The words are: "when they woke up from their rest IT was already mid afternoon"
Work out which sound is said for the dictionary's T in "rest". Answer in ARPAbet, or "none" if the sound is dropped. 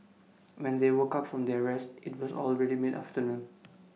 T